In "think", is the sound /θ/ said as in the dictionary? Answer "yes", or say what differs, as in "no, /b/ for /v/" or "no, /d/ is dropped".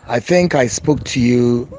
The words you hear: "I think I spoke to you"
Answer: yes